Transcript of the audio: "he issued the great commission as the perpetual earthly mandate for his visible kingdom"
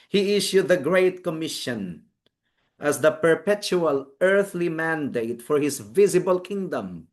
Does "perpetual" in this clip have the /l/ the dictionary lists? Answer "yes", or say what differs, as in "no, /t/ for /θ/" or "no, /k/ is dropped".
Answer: yes